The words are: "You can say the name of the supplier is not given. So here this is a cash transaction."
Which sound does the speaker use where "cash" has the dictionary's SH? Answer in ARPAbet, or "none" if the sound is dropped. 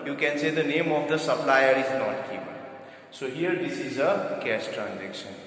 S